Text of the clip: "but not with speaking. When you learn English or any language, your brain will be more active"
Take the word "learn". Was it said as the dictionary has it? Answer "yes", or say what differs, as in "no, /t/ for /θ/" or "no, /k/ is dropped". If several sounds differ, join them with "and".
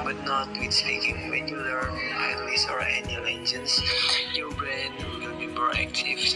no, /n/ is dropped